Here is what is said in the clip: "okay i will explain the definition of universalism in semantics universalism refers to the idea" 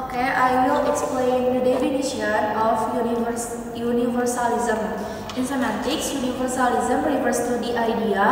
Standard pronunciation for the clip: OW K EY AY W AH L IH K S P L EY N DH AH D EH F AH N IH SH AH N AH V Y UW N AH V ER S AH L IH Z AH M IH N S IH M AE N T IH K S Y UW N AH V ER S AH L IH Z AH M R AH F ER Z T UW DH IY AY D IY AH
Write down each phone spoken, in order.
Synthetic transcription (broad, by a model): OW K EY AY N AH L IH K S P L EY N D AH D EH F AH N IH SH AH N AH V Y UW N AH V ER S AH L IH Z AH M IH N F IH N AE T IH K S Y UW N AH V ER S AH L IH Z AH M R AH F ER S T UW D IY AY D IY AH